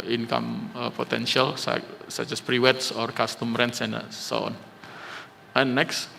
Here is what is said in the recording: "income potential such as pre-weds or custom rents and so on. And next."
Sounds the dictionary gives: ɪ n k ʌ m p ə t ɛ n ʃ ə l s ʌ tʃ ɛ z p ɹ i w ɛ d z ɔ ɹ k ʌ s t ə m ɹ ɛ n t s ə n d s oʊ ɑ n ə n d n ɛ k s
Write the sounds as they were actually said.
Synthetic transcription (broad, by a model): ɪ n k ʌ m p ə t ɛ n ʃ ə l s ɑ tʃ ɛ s p ɹ i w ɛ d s ɔ ɹ k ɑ s t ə m ɹ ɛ n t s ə n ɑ s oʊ ɑ n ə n n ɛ k s